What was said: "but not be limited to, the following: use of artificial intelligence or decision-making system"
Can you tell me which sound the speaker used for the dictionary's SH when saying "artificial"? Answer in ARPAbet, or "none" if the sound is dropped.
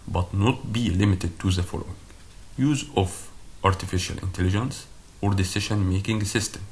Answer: SH